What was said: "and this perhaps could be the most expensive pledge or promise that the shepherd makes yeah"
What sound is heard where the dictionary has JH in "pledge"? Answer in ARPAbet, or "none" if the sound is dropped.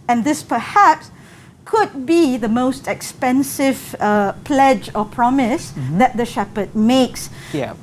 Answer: JH